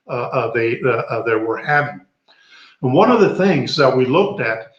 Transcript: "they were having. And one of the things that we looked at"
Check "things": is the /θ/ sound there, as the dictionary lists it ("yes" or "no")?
yes